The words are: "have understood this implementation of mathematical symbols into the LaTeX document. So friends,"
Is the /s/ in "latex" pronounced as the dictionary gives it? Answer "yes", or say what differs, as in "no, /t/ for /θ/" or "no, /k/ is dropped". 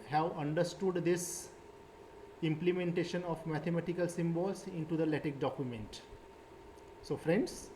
no, /s/ is dropped